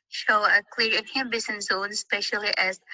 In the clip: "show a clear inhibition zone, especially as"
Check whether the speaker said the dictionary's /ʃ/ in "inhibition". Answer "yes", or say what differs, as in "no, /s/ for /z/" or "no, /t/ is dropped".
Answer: no, /s/ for /ʃ/